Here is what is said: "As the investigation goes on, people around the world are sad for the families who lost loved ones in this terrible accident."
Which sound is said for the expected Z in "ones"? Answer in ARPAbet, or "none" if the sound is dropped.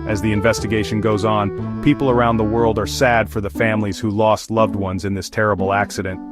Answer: Z